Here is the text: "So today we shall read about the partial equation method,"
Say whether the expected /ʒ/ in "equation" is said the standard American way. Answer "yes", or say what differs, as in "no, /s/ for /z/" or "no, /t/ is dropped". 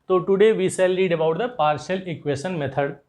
no, /ʃ/ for /ʒ/